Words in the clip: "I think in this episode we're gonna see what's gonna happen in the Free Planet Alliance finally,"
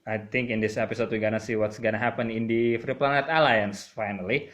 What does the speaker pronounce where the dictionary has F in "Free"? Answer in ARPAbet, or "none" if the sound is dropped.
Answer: F